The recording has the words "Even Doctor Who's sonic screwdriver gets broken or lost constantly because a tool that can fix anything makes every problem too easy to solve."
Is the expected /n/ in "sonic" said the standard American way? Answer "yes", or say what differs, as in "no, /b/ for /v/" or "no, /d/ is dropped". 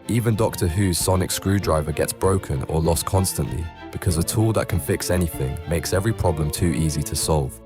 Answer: yes